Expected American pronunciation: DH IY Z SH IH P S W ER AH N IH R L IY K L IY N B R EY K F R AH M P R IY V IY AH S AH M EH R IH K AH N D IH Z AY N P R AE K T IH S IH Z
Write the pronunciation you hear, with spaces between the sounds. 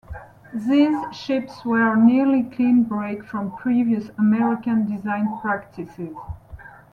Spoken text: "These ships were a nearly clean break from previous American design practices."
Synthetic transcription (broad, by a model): DH IY Z SH IH P S W ER N IH R L IY K L IY N B R EY K F R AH M P R IY V IY AH S AH M EH R IH K AH N D IH Z AY N P R AE K T IH S IH Z